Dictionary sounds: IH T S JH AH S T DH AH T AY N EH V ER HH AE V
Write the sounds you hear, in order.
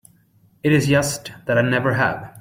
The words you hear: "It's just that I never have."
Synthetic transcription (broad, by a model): IH T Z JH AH S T DH AH T AY N EH V ER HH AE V